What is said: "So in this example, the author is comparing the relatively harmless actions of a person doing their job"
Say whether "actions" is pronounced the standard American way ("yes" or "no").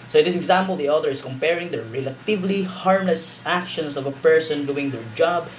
no